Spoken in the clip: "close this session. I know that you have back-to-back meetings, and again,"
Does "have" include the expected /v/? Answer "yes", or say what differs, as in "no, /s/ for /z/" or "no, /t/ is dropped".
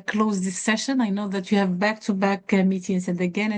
yes